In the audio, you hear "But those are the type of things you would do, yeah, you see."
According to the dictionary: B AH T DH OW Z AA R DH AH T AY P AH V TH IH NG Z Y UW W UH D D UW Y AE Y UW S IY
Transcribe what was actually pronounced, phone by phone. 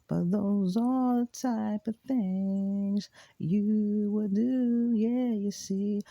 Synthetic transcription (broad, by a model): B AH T DH OW Z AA L DH AH T AY P AH V TH IH NG Z Y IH W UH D D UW Y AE Y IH S IY